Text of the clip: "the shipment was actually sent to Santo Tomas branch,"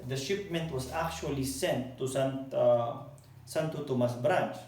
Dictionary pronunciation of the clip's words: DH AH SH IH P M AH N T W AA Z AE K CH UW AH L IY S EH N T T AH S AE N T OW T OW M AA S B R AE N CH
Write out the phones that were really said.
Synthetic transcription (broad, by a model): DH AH SH IH P M AH N T W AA S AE K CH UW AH L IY S EH N T S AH S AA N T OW T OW M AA S B R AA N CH